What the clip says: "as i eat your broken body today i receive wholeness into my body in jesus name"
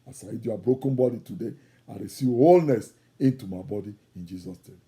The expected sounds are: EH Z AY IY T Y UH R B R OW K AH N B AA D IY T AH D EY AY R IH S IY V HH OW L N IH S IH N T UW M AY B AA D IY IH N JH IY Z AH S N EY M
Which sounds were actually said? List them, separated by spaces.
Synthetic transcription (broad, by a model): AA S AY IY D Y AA B R OW K AH N B AA D IY T AH D EY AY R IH S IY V HH OW L N IH S IH N T UW M AY B AA D IY IH N JH IY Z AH S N EY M